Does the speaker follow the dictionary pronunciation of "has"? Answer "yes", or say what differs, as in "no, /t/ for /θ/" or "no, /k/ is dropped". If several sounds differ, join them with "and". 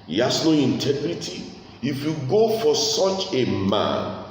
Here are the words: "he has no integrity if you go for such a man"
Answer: no, /s/ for /z/